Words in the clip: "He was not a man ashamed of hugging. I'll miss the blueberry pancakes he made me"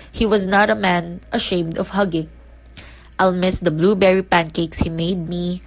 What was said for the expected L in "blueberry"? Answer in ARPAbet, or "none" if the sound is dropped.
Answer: L